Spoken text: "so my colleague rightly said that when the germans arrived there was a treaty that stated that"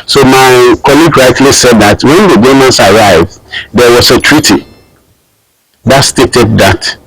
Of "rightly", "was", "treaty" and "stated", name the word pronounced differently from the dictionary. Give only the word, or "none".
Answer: was